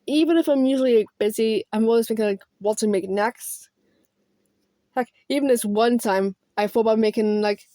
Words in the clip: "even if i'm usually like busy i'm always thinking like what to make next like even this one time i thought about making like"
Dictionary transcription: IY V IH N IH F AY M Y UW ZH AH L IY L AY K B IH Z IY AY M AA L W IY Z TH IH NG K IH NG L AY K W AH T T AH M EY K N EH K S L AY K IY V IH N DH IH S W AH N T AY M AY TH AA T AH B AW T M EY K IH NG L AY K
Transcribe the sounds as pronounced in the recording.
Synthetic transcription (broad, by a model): IY V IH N IH F AY M Y UW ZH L IY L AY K B IH Z IY AY M AA L W IY Z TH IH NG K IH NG L AY K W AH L T AH M EY K N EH K S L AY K IY V IH N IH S W AH N T AY M AY F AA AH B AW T M EY K IH NG L AY K